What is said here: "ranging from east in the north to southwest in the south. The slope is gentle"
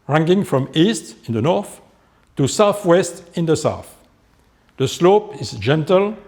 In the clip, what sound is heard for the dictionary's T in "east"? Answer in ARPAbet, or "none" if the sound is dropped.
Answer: T